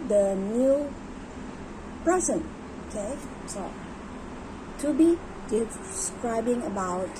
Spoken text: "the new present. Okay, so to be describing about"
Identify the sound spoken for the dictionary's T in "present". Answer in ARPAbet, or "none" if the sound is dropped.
none